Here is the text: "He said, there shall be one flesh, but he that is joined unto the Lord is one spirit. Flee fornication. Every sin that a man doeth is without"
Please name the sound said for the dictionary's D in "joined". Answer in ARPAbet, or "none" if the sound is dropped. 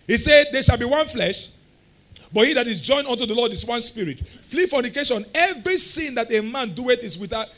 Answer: none